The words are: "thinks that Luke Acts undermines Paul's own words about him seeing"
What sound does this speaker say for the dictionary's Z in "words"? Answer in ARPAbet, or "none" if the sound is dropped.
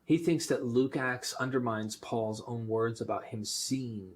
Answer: Z